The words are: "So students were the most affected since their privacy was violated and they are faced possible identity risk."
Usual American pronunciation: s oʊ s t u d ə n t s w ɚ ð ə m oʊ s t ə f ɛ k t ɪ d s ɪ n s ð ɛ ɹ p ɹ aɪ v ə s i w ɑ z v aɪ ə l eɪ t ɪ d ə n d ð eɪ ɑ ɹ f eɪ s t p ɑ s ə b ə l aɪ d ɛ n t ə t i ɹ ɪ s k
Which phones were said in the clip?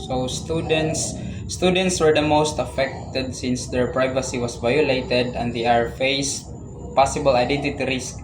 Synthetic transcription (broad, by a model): s oʊ s t u d ə n t s w ɚ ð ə m oʊ s t ə f ɛ k t ɪ d s ɪ n s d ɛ ɹ p ɹ aɪ v ə s i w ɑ s v aɪ ə l eɪ t ɪ d ə n d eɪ ɑ ɹ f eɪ s p ɑ s ə b ə l aɪ d ɛ n t ə t i ɹ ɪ s k